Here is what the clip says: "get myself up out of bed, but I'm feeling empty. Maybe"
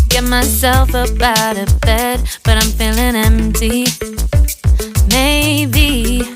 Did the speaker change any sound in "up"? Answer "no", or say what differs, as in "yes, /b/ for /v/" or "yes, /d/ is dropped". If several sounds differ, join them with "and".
yes, /b/ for /p/